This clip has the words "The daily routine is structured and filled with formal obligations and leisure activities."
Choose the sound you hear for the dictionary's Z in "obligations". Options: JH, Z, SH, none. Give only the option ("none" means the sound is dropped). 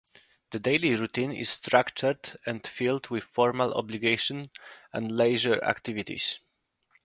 none